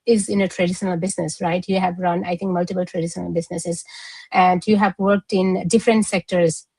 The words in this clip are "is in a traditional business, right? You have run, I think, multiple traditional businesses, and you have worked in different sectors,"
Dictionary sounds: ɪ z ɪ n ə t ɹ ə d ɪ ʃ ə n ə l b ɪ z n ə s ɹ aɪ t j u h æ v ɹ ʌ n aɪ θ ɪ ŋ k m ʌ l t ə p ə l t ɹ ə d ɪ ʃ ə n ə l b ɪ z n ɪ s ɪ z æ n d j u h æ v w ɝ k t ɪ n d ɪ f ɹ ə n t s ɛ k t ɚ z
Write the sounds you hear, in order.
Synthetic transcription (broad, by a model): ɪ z ɪ n ə t ɹ ə d ɪ ʃ ə n ə l b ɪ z n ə s ɹ aɪ t j u h æ v ɹ ʌ n aɪ t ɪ ŋ k m ʌ l t ə p ə l t ɹ ə d ɪ ʃ ə n ə l b ɪ z n ɪ s ɪ z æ n d j u h æ v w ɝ k t ɪ n d ɪ f ɹ ə n t s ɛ k t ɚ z